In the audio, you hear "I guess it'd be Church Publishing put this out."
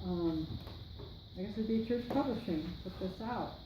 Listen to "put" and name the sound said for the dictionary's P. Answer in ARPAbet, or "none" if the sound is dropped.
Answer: B